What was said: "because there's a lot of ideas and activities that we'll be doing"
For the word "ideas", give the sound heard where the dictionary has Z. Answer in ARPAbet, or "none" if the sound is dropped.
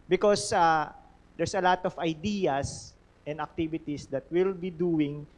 S